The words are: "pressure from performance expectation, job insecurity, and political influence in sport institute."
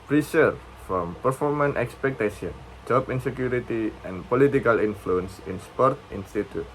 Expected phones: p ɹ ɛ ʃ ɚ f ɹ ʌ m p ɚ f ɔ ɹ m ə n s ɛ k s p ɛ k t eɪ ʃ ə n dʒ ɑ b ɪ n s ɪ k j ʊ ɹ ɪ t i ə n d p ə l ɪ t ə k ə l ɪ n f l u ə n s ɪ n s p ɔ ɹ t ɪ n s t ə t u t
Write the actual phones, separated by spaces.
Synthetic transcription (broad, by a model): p ɹ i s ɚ f ɹ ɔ m p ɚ f ɔ ɹ m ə n ɛ k s p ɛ k t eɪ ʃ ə n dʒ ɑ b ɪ n s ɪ k j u ɹ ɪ t i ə n p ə l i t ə k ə l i n f l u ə n s ɪ n s p ɔ ɹ t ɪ n s t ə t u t